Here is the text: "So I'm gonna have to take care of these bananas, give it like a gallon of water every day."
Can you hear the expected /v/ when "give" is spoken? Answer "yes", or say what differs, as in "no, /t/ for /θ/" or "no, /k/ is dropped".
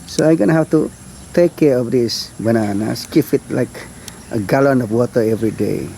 no, /f/ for /v/